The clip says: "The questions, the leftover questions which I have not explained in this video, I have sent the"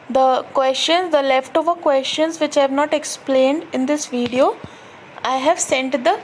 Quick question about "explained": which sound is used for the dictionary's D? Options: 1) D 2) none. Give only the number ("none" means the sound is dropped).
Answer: 1